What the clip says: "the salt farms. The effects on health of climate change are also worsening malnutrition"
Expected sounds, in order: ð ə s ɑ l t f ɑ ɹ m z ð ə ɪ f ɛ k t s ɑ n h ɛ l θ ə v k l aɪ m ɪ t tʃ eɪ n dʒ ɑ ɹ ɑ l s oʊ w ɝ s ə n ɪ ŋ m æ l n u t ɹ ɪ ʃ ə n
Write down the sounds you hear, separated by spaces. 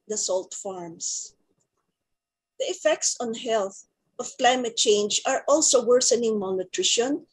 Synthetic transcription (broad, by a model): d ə s ɑ l t f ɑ ɹ m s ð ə ɪ f ɛ k t s ɑ n h ɛ l θ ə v k l aɪ m ɪ t tʃ eɪ n dʒ ɑ ɹ ɑ l s oʊ w ɝ s ə n ɪ ŋ m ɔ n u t ɹ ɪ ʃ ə n